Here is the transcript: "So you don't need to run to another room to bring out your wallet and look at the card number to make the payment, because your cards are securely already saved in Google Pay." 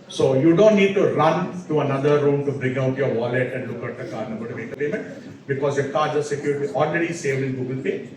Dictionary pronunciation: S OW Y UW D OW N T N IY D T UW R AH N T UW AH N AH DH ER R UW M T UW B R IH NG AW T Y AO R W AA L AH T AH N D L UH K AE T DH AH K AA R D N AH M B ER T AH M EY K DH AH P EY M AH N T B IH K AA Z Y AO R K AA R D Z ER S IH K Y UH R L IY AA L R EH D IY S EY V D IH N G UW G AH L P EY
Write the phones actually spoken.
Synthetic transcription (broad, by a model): S OW Y UW D OW N T N IY D T UW R AH N T UW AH N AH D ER R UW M T UW B R IH NG AW T Y AO R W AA L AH T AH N D L UH K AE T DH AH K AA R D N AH B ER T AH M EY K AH P EY M AH N T B IH K AA Z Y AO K AA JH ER S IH K Y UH R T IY AA L R EH D IY S EY V D IH N G UW G AH L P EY